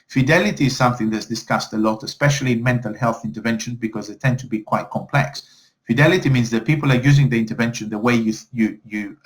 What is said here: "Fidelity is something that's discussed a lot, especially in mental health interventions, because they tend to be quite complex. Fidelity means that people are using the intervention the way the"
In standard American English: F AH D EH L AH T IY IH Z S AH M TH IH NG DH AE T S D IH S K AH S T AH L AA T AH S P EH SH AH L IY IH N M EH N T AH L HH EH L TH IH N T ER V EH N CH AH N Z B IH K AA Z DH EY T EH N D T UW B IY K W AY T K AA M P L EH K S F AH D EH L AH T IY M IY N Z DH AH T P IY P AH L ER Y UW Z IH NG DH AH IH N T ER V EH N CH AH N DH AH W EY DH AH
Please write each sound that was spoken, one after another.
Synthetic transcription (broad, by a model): F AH D EH L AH T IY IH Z S AH M TH IH NG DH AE T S D IH S K AH S T AH L AA T AH S P EH SH AH L IY IH N M EH N T AH L HH EH L TH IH N T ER V EH N SH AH N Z B IH K AA Z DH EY T EH N D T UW B IY K W AY T K AA M P L EH K S F AH D EH L AH T IY M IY N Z DH AH T P IY P AH L ER Y UW Z IH NG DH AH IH N T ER V EH N SH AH N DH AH W EY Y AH